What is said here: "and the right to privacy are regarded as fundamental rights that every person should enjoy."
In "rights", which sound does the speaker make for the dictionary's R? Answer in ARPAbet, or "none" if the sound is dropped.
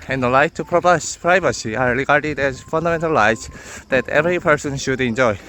L